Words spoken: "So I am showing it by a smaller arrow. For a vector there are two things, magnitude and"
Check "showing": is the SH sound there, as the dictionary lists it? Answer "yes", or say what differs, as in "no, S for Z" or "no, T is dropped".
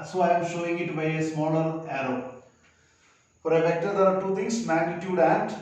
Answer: yes